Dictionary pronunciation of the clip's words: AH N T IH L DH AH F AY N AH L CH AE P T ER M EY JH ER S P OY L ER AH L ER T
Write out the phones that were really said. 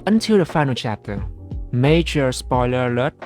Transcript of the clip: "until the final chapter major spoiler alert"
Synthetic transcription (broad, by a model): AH N T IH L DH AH F AY N AH L CH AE P T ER M EY JH ER S P OY L ER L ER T